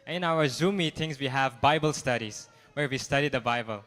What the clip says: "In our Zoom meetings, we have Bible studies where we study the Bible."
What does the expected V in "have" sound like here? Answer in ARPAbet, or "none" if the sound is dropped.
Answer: V